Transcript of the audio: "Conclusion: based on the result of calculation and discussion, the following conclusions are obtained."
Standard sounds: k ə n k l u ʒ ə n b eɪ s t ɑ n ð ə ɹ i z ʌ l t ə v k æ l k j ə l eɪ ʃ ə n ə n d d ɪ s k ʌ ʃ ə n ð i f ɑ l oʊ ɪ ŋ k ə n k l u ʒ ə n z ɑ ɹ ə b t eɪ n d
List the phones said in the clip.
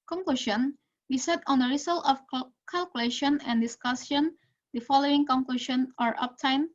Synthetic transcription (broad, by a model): k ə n k l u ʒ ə n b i s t ɑ n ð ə ɹ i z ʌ l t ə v k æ l k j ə l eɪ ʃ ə n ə n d d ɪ s k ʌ s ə n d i f ɑ l oʊ ɪ ŋ k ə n k l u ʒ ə n ɑ ɹ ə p t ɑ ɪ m